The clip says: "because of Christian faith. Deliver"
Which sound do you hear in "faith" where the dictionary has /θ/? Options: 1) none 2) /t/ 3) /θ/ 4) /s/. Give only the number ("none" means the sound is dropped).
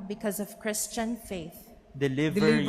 3